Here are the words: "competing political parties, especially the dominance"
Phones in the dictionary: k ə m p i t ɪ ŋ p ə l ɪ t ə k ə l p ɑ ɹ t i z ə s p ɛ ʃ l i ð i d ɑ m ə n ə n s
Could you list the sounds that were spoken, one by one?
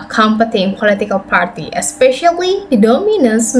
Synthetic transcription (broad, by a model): k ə m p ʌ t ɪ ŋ p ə l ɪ t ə k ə l p ɑ ɹ t i ə s p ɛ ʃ i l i d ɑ m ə n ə n s